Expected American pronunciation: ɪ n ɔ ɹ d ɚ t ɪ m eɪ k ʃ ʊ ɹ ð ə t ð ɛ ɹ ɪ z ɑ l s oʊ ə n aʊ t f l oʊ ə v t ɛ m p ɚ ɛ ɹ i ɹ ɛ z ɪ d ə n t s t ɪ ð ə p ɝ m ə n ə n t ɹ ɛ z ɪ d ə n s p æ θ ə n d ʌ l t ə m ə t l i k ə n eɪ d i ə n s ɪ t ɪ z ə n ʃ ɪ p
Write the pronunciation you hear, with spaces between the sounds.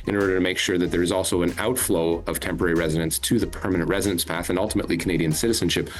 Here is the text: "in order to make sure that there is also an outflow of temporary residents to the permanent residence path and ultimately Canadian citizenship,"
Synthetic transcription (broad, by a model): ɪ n ɔ ɹ d ɚ t ɪ m eɪ k ʃ ʊ ɹ ð ə t ð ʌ ɹ ɪ z ɑ l s oʊ ə n aʊ t f l oʊ ə v t ɛ m p ɚ ɛ ɹ i ɹ ɛ z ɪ d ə n s t ɪ ð ə p ɝ m ə n ə n t ɹ ɛ z ɪ d ə n s p æ θ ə n ʌ l t ə m ə t l i k ə n eɪ d i ə n s ɪ t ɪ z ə n ʃ ɪ p